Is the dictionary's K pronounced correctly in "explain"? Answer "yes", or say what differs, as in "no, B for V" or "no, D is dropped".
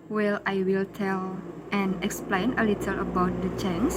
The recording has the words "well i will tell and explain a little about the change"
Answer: yes